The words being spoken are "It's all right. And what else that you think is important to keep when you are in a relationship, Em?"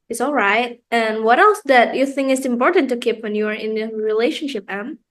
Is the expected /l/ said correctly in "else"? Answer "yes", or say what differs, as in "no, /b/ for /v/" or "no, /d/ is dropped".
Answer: yes